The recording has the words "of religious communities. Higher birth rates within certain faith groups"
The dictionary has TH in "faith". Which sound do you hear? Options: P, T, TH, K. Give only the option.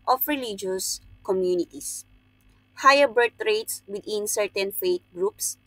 T